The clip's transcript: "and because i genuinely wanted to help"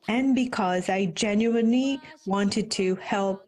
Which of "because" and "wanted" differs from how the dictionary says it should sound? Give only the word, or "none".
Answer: none